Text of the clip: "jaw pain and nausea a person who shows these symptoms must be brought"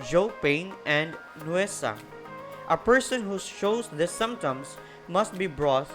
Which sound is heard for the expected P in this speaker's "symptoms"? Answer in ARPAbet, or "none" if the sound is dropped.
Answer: none